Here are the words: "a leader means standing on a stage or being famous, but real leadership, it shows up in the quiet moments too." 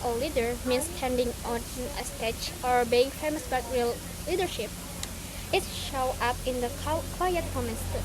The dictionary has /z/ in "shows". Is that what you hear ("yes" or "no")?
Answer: no